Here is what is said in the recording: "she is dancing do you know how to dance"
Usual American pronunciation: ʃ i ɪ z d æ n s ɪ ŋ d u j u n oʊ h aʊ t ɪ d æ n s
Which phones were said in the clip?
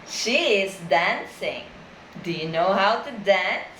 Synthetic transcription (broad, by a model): ʃ i ɪ z d æ n s ɪ ŋ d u j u n oʊ h aʊ t ɪ d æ n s